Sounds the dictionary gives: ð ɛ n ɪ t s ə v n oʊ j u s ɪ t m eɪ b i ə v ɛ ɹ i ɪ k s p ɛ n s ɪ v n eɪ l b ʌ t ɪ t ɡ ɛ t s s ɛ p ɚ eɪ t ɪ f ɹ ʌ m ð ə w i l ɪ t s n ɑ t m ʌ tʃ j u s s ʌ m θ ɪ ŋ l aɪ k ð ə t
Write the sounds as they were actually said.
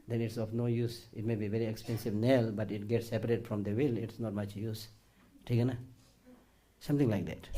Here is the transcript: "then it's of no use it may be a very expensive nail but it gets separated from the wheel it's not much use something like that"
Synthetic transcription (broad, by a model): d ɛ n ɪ t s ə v n oʊ j u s ɪ t m eɪ b i v ɛ ɹ i ɪ k s p ɛ n s ɪ v n eɪ l b ʌ t ɪ t ɡ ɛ t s s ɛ p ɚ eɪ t f ɹ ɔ m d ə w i l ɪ t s n ɑ t m ʌ tʃ j u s s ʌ m t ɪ ŋ l aɪ k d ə t